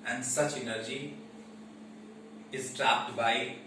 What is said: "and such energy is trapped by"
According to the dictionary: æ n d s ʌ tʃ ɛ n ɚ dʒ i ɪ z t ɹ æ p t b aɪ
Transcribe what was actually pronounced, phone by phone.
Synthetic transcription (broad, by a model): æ n d s ʌ tʃ ɛ n ɚ dʒ i ɪ z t ɹ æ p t b aɪ